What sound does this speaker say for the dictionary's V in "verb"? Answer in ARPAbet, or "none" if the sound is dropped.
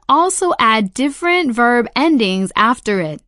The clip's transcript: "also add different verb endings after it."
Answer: V